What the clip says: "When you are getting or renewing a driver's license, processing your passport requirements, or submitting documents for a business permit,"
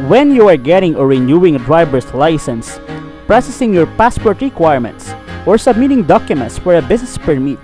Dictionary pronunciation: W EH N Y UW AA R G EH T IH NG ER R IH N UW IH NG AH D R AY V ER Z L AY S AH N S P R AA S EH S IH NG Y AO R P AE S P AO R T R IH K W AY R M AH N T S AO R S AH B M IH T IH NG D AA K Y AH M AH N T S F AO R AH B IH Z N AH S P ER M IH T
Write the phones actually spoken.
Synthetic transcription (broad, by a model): W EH N Y UW AA R G EH T IH NG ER R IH N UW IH NG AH D R AY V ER S L AY S AH N S P R AA S EH S IH NG Y AO R P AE S P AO R T R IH K W AY R M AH N T S AO R S AH B M IH T IH NG D AA K Y AH M AH N T S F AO R AH B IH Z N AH S P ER M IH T